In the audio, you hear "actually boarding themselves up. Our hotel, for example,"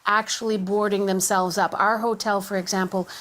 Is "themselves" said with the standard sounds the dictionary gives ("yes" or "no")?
yes